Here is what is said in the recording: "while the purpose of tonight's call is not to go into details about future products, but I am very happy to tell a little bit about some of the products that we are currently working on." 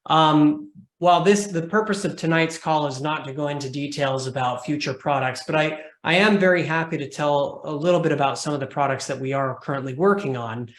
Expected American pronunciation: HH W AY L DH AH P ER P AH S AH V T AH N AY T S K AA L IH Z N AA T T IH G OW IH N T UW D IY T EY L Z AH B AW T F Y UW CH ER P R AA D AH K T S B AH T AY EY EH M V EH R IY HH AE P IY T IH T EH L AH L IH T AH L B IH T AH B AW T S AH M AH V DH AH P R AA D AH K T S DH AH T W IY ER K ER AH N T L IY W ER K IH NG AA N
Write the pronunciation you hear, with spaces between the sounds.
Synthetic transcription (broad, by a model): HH W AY L DH AH P ER P AH S AH V T AH N AY T S K AA L IH Z N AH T T IH G OW IH N T UW D IY T EY L Z AH B AW T F Y UW CH ER P R AA D AH K T S B AH T AY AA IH M V EH R IY HH AE P IY T IH T EH L AH L IH T L B IH T AH B AW T S AH M AH V DH AH P R AA D AH K T S DH AH T W IY ER K ER AH N T L IY W ER K IH NG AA N